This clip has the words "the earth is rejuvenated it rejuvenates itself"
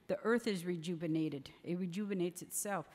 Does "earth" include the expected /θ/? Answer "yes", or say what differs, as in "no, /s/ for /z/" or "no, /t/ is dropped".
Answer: yes